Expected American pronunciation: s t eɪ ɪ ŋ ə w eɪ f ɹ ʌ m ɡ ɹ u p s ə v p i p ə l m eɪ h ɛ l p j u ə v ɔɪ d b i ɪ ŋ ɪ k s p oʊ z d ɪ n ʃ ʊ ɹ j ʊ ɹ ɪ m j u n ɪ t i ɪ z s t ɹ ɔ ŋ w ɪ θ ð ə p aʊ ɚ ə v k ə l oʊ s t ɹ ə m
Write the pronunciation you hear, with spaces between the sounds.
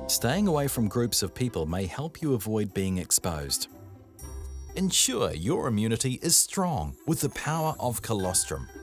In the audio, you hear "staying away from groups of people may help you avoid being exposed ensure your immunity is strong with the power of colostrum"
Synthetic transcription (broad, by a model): s t eɪ ɪ ŋ ə w eɪ f ɹ ʌ m ɡ ɹ u p s ə v p i p ə l m eɪ h ɛ l p j ə v ɔɪ d b i ɪ ŋ ɪ k s p oʊ z d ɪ n ʃ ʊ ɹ j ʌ ɹ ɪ m j u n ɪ t i ɪ z s t ɹ ɔ ŋ w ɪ ð ə p aʊ ɚ ə v k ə l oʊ s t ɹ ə m